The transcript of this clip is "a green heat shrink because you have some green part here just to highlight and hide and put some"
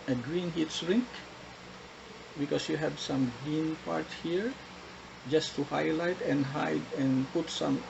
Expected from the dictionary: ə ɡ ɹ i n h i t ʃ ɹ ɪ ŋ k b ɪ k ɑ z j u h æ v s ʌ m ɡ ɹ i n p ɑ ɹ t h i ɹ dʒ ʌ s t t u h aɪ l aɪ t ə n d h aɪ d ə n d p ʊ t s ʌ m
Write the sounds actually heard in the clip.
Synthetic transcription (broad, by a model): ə ɡ ɹ i n h i t s ɹ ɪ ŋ k b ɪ k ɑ s j u h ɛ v s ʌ m ɡ ɹ i n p ɑ ɹ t h i ɹ dʒ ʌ s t t u h aɪ l aɪ t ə n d h aɪ d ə n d p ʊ t s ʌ m